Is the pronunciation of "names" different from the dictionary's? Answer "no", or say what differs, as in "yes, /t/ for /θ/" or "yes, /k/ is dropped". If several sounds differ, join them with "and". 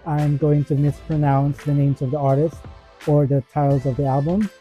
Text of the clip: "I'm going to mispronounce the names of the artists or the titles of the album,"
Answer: no